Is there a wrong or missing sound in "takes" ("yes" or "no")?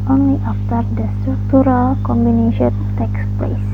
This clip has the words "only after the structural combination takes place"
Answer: no